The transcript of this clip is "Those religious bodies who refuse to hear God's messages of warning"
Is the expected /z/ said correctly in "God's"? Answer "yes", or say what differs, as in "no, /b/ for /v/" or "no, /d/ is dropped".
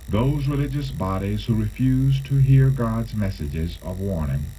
yes